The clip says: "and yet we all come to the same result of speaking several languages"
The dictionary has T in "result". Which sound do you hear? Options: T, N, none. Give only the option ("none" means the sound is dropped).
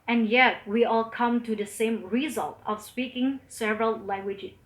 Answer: T